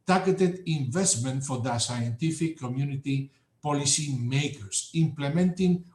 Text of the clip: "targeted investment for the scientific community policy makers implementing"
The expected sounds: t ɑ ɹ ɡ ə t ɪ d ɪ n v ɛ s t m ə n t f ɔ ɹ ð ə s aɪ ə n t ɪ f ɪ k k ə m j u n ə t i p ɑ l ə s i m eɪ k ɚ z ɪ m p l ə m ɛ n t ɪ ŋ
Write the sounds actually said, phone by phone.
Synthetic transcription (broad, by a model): t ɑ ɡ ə t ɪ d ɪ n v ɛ s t m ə n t f ɔ ɹ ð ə s aɪ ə n t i f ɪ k k ə m j u n ə t i p ɑ l ə s i m eɪ k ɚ s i m p l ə m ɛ n t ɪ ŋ